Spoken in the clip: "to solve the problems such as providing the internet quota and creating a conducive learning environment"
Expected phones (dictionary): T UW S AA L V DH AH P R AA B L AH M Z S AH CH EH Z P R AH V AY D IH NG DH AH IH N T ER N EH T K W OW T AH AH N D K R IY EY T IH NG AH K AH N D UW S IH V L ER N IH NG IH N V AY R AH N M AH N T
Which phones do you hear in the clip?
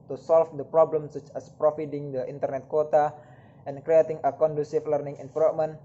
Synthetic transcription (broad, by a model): T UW S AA L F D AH P R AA B L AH M S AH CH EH S P R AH F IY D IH NG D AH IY N T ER N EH T K W OW T AH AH N K R IY EY T IH NG AH K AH N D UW S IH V L ER N IH NG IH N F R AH M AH N